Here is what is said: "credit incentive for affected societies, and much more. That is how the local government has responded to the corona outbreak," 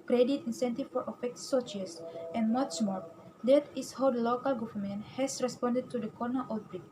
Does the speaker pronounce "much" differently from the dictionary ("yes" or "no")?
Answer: yes